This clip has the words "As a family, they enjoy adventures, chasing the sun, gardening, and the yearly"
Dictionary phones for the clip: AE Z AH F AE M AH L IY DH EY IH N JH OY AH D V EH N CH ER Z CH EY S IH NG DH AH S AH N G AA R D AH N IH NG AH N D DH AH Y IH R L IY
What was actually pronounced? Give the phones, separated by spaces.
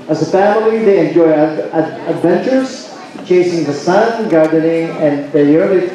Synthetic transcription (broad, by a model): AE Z AH F AE M AH L IY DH EY IH N JH OY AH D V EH N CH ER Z CH EY S IH NG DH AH S AH N G AA R D AH N IH NG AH N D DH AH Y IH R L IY